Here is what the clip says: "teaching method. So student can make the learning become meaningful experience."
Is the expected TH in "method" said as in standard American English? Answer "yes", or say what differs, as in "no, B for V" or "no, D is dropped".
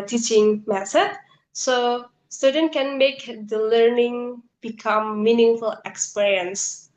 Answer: no, S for TH